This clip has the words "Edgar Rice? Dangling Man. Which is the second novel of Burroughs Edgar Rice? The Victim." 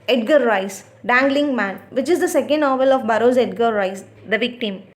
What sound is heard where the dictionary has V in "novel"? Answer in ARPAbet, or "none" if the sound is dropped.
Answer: V